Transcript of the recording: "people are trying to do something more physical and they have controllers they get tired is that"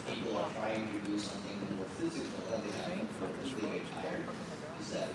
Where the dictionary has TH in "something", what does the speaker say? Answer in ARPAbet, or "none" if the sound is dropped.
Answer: TH